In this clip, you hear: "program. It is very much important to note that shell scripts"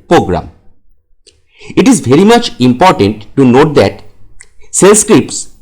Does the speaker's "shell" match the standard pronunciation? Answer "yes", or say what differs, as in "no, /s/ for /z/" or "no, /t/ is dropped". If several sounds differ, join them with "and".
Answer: no, /s/ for /ʃ/